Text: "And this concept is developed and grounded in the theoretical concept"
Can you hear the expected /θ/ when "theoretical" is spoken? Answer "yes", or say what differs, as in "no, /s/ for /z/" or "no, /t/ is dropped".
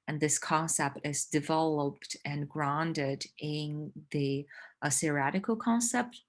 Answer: no, /s/ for /θ/